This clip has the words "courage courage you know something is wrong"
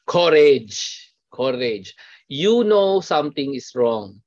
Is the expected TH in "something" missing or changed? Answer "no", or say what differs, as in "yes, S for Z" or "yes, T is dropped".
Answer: yes, T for TH